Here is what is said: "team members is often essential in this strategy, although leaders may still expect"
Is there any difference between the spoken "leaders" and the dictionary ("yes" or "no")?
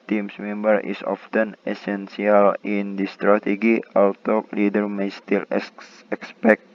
yes